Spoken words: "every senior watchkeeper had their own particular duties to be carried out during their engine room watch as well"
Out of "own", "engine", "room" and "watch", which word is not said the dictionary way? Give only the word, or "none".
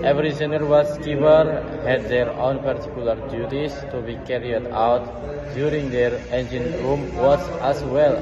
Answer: watch